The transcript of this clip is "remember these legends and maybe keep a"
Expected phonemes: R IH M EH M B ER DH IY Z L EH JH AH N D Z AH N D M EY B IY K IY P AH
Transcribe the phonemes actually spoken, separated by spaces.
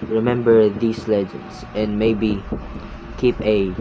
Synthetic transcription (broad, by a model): R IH M EH M B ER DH IY S L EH JH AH N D S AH N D M EY B IY K IY P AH